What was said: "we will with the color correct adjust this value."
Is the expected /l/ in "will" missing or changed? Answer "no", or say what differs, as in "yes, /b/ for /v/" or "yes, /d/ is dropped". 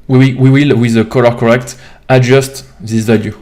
yes, /w/ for /l/